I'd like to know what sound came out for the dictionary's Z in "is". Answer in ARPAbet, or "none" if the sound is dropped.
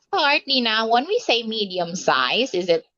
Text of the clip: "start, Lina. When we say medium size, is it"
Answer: Z